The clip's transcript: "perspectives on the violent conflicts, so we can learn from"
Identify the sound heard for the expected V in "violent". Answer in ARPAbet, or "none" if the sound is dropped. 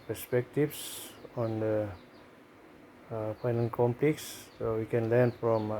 P